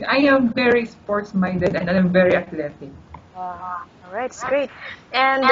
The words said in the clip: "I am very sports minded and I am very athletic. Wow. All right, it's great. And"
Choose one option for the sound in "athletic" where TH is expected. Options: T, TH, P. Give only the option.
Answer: T